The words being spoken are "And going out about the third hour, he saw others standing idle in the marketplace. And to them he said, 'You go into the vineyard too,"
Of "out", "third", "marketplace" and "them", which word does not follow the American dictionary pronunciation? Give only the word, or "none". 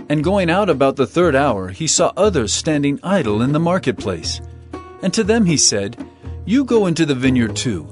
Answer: none